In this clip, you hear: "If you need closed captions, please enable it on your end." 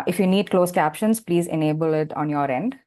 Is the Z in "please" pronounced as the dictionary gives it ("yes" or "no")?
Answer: yes